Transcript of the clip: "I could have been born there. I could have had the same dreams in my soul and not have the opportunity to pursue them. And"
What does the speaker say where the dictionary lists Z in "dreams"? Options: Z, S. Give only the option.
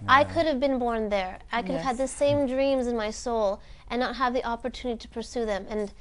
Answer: Z